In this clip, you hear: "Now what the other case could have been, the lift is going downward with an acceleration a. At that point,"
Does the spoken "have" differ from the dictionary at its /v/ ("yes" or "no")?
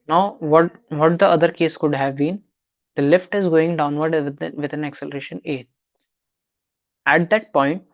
no